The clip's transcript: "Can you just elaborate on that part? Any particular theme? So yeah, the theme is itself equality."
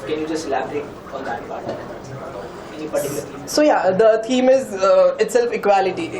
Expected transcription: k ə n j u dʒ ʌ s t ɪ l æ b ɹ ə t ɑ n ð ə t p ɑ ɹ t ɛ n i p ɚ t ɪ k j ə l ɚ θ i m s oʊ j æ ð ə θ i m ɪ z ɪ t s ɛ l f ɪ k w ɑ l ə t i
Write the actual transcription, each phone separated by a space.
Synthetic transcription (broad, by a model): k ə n j u dʒ ʌ s t l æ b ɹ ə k ɑ n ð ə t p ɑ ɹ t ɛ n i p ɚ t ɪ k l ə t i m s oʊ j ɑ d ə t i m ɪ z ɪ t s ɛ l f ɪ k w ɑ l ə t i